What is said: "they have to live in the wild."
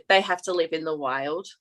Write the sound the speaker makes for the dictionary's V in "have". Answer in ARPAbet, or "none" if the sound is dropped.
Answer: F